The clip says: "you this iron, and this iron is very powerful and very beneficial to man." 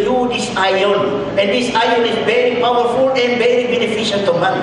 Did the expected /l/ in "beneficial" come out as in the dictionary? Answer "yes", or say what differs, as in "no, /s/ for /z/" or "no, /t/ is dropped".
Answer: no, /n/ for /l/